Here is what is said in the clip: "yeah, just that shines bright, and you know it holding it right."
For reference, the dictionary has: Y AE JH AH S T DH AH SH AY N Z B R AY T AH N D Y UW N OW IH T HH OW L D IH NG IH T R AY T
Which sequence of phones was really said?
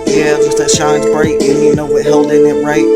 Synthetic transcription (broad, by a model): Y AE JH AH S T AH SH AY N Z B R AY AH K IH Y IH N OW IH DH HH OW L D IH NG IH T R AY T